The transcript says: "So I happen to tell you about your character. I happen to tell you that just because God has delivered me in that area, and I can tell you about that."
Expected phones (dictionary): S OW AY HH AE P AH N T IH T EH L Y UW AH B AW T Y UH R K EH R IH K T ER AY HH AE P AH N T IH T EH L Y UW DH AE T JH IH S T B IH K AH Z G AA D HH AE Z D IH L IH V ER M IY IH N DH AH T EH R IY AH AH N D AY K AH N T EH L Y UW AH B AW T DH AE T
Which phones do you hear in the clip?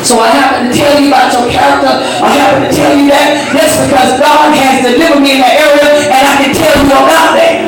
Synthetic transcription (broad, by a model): S OW AY HH AE P AH N T IH T EH L Y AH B AW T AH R K EH R IH K T ER AY HH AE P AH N T IH T EH L Y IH DH AE T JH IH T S B IH K AH Z G AA D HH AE Z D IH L IH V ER M IY IH N DH AH T EH R IY AH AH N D AY K AH N T EH L Y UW AH B AW T DH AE T